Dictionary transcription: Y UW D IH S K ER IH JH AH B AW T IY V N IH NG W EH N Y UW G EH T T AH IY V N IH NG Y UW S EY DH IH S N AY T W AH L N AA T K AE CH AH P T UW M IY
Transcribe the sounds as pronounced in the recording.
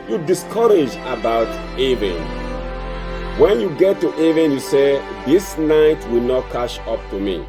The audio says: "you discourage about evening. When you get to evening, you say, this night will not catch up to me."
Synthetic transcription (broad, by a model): Y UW D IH S K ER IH JH AH B AW T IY V IH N W EH N Y UW G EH T T AH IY V IH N Y UW S EY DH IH S N AY T W AH L N AA T K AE SH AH P T UW M IY